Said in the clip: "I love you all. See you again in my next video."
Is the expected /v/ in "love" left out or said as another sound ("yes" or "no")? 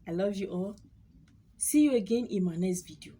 no